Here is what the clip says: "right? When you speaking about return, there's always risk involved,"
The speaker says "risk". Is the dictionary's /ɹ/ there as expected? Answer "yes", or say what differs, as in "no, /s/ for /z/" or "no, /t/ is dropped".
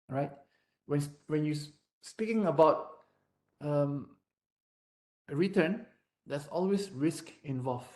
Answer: yes